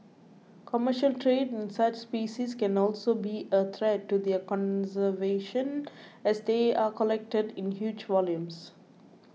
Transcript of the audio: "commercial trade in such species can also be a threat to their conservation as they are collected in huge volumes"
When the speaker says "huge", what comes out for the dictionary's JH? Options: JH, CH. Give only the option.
JH